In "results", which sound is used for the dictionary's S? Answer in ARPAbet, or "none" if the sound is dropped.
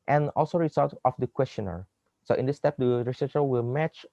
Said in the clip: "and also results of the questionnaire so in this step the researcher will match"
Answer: none